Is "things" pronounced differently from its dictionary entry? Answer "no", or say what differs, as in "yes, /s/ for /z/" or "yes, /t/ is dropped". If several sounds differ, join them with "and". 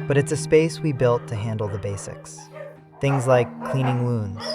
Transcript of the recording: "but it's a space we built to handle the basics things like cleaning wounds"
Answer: no